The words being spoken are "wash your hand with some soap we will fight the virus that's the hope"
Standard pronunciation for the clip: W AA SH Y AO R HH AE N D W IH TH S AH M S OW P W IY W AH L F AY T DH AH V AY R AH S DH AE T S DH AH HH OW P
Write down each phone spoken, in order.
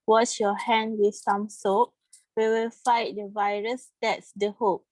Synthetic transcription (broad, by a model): W AA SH Y AO HH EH N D W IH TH S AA M S OW P W IY W AH L F AY T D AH V AY R AH S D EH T S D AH HH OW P